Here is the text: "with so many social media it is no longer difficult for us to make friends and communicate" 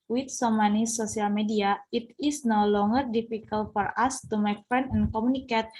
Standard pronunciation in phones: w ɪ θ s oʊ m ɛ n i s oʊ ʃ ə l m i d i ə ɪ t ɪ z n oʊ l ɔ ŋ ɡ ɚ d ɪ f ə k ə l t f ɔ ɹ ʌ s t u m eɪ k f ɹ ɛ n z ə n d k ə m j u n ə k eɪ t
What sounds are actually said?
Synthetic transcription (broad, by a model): w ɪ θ s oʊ m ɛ n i s oʊ s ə l m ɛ d i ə ɪ t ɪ s n oʊ l ɔ ŋ ɡ ɚ d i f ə k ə l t f ɔ ɹ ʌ s t u m eɪ k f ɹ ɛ n ə n k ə m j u n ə k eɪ t